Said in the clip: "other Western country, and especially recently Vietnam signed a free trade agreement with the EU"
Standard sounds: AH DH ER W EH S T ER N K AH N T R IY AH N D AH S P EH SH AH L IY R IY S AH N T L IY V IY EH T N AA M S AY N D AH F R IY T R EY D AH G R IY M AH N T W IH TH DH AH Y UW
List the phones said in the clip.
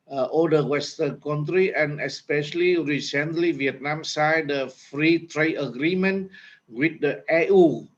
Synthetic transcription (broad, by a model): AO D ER W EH S T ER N K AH N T R IY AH N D AH S P EH SH AH L IY R IY S AH N T L IY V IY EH T N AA M S AY D AH F R IY T R EY D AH G R IY M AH N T W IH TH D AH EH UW